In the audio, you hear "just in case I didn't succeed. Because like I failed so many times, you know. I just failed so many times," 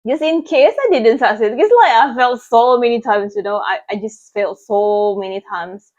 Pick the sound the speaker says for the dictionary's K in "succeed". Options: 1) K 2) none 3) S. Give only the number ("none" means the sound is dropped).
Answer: 2